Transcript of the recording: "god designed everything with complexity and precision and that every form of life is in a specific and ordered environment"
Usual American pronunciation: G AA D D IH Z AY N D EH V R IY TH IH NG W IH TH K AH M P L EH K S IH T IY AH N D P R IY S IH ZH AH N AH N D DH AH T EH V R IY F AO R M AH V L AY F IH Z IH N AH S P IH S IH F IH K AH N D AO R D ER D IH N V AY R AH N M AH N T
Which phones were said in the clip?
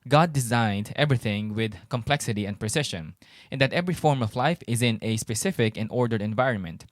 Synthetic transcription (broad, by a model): G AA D D IH Z AY N D EH V R IY TH IH NG W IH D K AH M P L EH K S IH T IY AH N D P R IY S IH SH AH N AH N D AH T EH V R IY F AO R M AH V L AY F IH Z IH N AH S P IH S IH F IH K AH N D AO R D ER D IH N V AY R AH N M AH N T